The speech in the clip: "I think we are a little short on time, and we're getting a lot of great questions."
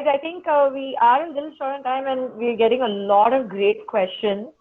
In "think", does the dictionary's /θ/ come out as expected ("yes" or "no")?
no